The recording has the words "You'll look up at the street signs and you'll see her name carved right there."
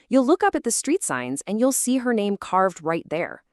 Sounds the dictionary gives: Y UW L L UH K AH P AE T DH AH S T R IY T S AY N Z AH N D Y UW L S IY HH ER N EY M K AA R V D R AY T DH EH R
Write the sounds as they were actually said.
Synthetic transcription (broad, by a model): Y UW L L UH K AH P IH T DH AH S T R IY T S AY N Z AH N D Y UW L S IY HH ER N EY M K AA R V D R AY T DH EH R